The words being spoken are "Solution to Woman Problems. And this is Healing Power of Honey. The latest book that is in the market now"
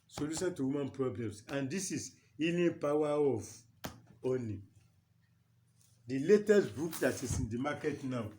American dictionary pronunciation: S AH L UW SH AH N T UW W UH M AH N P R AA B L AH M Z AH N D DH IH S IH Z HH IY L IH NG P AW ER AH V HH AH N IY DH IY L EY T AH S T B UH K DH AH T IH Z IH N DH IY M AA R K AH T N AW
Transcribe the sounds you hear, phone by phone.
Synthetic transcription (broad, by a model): S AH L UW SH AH N T UW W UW M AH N P R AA B L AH M S AH N D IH S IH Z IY N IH P AW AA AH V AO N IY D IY L EY T AH S T B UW K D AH T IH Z IH N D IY M AA K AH T N AW